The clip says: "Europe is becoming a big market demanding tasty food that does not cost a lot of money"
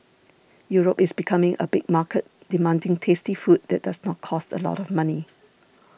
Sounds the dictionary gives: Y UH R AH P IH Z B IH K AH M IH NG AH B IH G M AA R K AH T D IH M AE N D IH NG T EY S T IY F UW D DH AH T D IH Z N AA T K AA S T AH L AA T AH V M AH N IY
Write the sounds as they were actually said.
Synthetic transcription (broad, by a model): Y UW R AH P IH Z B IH K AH M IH NG AH B IH G M AA K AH T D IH M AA N D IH NG T EY S T IY F UW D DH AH T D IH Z N AA T K AA S T AH L AA T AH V M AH N IY